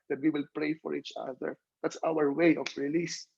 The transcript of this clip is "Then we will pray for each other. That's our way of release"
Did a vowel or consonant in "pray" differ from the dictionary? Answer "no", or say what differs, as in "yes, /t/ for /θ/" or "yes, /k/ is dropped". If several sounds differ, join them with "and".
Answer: no